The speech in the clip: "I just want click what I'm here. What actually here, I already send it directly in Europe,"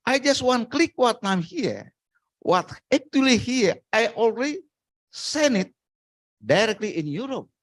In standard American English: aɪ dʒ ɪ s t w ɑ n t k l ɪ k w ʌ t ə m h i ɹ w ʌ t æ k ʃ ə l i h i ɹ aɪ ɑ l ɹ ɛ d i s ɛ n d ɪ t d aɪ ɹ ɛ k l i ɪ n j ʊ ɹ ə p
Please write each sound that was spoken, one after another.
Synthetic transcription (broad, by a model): aɪ dʒ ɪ s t w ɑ n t k l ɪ k w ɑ t ə m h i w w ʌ t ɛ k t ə l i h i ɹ aɪ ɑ l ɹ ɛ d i s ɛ n ɪ t d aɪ ɹ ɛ k l i ɪ n j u ɹ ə p